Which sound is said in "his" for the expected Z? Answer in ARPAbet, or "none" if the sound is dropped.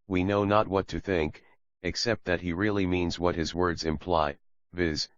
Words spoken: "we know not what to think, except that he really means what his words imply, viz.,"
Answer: Z